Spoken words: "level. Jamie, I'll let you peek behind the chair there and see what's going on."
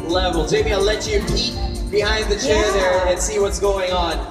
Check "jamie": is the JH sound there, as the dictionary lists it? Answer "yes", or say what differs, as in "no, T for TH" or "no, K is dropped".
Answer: no, Z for JH